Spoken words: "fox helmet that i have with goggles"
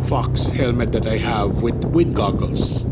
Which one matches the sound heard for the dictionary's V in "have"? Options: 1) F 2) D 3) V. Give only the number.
3